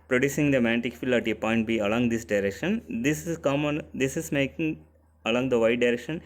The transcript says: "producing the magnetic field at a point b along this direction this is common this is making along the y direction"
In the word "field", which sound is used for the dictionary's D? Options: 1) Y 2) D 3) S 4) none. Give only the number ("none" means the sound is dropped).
4